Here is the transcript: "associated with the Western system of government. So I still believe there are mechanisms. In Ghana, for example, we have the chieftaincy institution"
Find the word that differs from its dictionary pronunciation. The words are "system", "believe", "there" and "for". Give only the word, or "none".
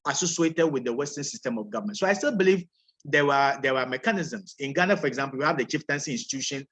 there